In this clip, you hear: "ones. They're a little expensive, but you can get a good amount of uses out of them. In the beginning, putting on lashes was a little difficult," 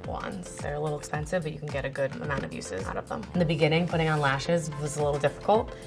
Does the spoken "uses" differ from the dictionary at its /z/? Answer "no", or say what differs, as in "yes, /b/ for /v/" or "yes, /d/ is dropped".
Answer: no